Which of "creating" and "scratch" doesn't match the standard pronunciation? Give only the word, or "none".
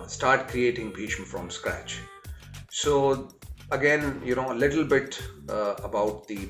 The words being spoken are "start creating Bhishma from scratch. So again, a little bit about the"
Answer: none